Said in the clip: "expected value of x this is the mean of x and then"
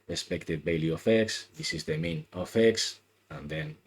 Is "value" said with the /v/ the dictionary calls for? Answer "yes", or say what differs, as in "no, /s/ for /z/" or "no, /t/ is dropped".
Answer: no, /b/ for /v/